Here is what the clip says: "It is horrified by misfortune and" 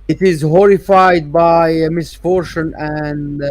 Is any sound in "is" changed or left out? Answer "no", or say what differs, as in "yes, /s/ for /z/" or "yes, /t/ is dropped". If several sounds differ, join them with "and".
no